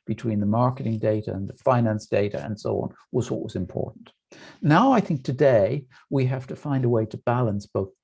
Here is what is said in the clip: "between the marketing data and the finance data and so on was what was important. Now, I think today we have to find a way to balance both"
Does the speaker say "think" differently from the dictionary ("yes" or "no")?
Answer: no